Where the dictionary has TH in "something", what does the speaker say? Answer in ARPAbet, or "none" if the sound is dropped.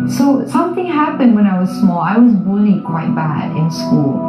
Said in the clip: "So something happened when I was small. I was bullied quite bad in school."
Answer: TH